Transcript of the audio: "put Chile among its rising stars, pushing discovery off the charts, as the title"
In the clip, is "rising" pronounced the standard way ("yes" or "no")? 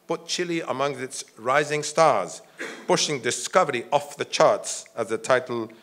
yes